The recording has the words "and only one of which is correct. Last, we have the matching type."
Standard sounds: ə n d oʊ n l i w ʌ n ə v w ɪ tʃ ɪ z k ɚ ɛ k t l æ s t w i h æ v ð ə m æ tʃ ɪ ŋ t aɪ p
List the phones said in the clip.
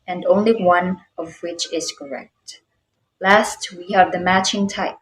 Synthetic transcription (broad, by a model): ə n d oʊ n l i w ʌ n ə v w ɪ tʃ ɪ z k ɚ ɛ k t l æ s t w i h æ v ð ə m æ tʃ ɪ ŋ t aɪ p